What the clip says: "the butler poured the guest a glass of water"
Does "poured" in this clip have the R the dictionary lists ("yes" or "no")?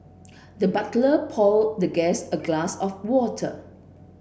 no